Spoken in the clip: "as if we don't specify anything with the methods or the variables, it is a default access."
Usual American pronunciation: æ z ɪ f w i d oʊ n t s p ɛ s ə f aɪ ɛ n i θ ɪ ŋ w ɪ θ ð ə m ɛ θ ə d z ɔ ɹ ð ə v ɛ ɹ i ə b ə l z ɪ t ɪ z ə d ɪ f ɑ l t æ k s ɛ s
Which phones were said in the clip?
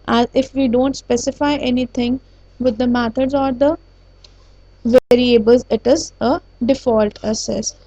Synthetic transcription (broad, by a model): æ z ɪ f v i d oʊ n t s p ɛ s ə f aɪ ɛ n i t ɪ ŋ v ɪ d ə m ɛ t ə d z ɔ ɹ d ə v ɛ ɹ i ə b ə l z ɪ t ɪ z ə d ɪ f ɑ l t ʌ s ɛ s